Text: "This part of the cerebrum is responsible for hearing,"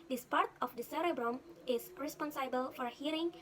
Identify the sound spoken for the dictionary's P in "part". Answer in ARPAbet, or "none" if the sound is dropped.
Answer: P